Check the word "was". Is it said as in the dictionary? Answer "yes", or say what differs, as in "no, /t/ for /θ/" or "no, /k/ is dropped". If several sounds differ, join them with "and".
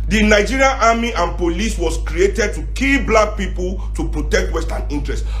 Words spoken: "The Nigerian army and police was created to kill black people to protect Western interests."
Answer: no, /s/ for /z/